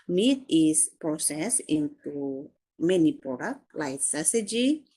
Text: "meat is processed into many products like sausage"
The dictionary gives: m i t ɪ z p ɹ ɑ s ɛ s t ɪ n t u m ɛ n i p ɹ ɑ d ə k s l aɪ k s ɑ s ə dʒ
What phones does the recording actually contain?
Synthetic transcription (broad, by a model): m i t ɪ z p ɹ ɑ s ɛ s ɪ n t u m ɛ n i p ɹ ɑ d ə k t l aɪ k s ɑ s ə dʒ